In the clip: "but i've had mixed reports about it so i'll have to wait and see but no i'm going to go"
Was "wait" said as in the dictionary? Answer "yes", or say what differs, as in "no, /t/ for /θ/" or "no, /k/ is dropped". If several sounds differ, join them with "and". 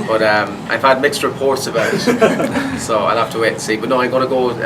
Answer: yes